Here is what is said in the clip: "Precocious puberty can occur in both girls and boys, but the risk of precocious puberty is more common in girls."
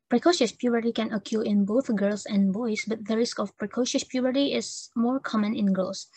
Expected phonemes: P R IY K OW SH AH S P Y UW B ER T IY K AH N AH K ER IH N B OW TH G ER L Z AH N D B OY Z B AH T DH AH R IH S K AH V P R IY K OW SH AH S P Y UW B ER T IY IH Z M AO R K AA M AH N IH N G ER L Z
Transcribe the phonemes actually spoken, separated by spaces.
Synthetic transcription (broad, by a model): P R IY K OW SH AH S P Y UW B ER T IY K AH N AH K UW IH N B OW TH G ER L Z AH N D B OY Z B AH T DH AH R IH S K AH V P R IY K OW SH AH S P Y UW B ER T IY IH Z M AO R K AA M AH N IH N G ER L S